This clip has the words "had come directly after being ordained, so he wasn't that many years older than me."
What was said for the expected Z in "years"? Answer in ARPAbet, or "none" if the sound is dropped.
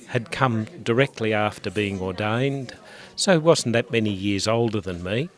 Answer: Z